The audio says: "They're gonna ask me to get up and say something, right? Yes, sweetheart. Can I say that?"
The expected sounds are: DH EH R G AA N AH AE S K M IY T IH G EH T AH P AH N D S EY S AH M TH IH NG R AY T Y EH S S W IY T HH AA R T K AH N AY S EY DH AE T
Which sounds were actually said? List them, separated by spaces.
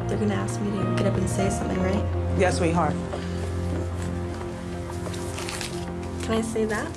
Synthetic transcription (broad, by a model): DH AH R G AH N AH AE S K M IY T IH G EH T AH P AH N S EY S AH M TH IH NG R AY T Y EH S S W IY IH HH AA R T K AH N AY S EY DH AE T